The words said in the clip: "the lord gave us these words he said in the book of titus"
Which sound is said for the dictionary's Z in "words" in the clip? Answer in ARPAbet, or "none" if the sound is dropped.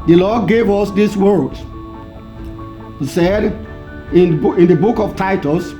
none